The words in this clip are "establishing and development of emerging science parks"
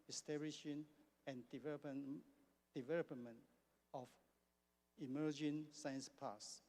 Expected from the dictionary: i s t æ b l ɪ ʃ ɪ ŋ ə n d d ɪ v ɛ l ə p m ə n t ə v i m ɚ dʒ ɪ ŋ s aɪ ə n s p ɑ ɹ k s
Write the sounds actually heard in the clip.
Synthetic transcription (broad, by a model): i s t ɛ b l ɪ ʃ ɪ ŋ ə n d d ɪ v ɛ l ə p m ə n t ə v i m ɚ dʒ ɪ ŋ s aɪ ə n s p ɑ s